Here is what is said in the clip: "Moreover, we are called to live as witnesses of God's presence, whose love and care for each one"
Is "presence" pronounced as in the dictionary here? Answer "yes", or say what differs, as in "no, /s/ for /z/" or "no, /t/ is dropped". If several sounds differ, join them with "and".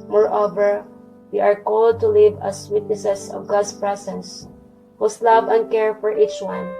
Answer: no, /s/ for /z/